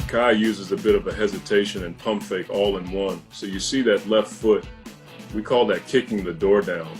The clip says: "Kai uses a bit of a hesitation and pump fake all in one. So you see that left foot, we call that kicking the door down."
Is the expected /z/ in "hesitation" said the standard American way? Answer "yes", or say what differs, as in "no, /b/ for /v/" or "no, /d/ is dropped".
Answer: yes